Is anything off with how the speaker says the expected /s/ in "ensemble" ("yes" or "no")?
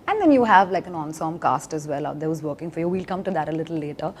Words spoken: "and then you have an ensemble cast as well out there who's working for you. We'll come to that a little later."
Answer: yes